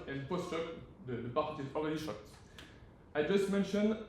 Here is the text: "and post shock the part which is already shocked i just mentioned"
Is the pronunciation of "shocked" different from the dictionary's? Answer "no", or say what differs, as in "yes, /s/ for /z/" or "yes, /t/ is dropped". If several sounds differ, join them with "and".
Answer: no